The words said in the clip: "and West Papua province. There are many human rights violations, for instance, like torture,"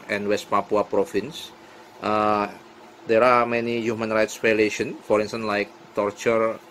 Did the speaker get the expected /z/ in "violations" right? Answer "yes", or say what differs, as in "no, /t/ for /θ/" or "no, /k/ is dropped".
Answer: no, /z/ is dropped